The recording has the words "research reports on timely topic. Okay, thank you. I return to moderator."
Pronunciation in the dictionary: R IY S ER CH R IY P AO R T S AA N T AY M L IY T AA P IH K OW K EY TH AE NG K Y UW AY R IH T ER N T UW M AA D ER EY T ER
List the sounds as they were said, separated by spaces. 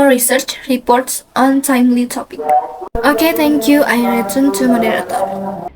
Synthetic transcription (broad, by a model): R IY S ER CH R IY P AO R T S AA N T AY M L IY T AA P IH K OW K EY T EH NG K Y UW AY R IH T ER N T UW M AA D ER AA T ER